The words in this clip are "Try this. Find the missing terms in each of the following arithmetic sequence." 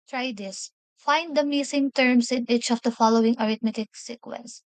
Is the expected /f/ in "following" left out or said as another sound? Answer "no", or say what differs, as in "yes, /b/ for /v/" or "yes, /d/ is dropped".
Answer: no